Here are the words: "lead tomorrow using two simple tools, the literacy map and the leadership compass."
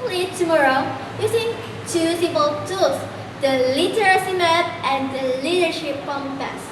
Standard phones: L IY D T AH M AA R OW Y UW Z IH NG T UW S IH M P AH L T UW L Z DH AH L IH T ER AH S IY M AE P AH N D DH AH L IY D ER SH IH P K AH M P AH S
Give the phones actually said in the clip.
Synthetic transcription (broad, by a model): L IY T AH M AA R OW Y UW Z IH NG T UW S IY P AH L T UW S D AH L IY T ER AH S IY M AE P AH N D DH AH L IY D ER SH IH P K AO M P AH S